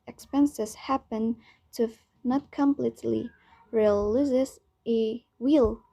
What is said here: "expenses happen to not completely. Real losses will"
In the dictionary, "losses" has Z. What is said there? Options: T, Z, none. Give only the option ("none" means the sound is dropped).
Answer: none